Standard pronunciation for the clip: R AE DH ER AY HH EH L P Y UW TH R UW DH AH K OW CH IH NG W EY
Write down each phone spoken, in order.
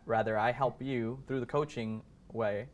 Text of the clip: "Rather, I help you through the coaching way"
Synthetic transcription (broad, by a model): R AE DH ER AY HH EH L P Y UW TH R UW DH AH K OW CH IH NG W EY